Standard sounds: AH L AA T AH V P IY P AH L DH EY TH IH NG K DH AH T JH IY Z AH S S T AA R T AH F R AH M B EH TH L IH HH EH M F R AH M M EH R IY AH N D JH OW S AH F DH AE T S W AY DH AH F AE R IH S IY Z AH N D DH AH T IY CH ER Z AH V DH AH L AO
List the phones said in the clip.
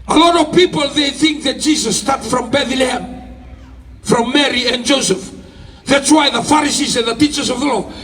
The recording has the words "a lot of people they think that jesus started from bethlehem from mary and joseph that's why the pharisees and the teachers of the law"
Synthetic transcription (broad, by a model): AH L AA T AH V P IY P AH L DH EY TH IH NG K DH AH T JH IY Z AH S S T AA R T F R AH M B EH TH L IH HH EH M F R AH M M EH R IY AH N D JH OW S AH F DH AE T S W AY DH AH F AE R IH S IY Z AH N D DH AH T IY CH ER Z AH V DH AH L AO